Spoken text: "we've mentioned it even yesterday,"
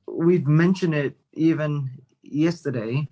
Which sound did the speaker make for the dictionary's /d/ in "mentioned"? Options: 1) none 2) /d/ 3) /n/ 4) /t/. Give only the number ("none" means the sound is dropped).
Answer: 2